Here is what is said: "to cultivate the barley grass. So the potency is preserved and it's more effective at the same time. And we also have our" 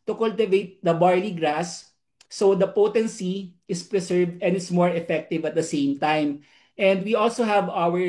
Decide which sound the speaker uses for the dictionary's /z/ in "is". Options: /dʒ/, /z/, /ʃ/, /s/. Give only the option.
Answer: /s/